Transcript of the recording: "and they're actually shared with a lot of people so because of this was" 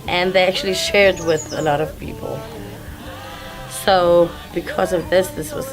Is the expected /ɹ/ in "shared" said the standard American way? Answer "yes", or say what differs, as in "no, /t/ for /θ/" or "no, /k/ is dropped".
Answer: yes